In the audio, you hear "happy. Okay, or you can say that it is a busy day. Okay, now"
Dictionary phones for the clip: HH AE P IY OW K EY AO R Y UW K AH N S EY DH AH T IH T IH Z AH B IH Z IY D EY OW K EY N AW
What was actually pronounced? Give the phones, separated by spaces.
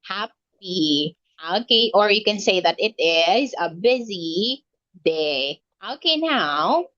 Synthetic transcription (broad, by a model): HH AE P IY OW K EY AO R Y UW K AH N S EY DH AH T IH T IH Z AH B IH Z IY D EY OW K EY N AW